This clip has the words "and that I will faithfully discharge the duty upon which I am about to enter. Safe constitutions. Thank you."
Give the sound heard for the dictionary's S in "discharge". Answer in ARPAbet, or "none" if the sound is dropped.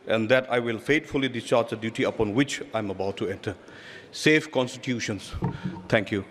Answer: S